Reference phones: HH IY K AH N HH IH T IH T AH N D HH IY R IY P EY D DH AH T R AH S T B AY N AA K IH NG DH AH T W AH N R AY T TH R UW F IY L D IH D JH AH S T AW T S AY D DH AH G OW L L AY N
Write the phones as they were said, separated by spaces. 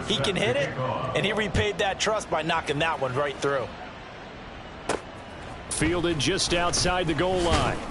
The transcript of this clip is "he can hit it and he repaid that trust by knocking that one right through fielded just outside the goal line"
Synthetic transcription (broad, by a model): HH IY K AH N HH IH T IH T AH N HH IY R IY P EY D DH AH T R AH S T B AY N AA K IH NG DH AH T W AH N R AY T TH R UW F IY L D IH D JH AH S T AW T S AY D DH AH G OW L L AY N